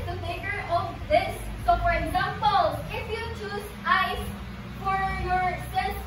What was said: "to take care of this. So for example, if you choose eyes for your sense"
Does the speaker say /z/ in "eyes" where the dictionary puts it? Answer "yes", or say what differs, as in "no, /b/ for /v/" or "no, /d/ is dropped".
no, /s/ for /z/